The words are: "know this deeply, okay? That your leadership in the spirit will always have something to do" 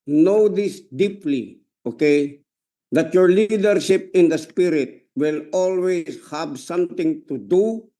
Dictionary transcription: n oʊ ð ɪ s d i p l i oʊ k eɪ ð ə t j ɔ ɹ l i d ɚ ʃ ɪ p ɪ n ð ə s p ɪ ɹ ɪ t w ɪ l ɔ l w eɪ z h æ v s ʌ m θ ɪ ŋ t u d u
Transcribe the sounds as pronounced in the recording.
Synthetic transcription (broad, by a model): n oʊ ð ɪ s d i p l i oʊ k eɪ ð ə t j ɔ ɹ l i d ɚ ʃ ɪ p ɪ n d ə s p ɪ ɹ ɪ t w ɪ l ɔ l w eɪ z h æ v s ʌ m t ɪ ŋ t u d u